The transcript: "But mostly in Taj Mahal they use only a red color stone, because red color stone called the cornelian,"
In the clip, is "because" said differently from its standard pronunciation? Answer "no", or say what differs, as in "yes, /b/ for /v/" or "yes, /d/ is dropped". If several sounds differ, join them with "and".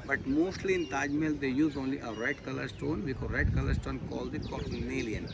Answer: yes, /z/ is dropped